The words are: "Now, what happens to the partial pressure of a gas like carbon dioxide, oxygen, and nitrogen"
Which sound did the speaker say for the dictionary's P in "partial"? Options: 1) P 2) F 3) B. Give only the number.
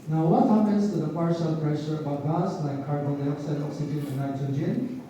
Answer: 1